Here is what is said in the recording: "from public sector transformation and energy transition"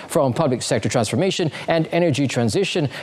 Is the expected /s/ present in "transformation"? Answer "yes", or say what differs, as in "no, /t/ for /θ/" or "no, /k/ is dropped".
yes